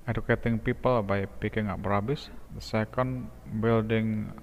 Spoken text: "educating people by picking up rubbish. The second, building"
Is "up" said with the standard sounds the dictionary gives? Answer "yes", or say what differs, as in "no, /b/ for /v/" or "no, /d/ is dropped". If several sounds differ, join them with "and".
no, /b/ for /p/